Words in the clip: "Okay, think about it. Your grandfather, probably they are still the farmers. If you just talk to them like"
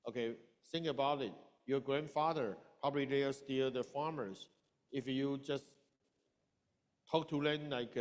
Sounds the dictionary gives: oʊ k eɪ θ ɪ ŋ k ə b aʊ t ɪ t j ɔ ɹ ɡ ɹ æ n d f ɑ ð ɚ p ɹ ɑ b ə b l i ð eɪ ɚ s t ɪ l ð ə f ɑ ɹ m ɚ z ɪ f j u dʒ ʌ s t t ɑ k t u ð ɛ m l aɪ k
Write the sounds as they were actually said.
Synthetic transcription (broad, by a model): oʊ k eɪ s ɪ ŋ ə b aʊ t ɪ t j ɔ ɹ ɡ ɹ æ n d f ɑ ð ɚ p ɹ ɑ b ə b l i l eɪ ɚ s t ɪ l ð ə f ɑ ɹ m ɚ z ɪ f j u dʒ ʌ s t t ɑ k t u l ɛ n l aɪ k